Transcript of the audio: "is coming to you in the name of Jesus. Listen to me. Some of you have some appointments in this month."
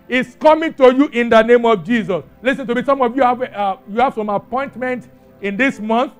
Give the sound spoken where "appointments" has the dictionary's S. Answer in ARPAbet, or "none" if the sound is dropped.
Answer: none